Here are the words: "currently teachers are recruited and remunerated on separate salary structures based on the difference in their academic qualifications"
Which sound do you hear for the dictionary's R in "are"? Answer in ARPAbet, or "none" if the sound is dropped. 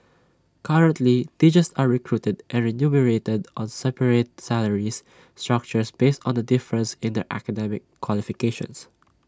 R